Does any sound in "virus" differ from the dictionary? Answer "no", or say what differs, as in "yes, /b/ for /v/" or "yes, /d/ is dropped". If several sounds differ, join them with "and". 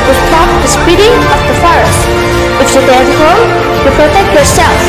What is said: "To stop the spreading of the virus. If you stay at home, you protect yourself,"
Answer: yes, /f/ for /v/